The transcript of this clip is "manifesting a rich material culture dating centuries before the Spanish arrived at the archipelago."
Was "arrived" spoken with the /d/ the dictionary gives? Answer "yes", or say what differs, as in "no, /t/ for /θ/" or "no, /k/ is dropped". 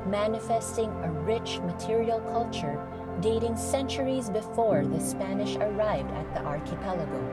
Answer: yes